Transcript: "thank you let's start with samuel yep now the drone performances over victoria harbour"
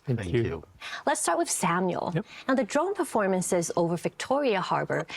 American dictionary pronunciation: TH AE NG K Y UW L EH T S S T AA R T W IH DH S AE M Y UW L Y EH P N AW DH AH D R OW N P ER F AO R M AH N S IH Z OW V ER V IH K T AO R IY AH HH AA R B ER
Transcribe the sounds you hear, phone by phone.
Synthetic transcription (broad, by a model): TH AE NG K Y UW L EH T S S T AA R T W IH DH S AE M Y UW L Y N AW DH AH D R OW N P ER F AO R M AH N S IH Z OW V ER V IH K T AO R IY AH HH AA R B ER